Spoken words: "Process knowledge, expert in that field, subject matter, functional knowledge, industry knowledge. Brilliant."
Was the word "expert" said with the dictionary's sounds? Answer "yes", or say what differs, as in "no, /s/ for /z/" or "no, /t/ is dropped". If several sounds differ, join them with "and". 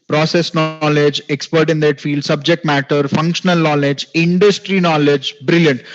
yes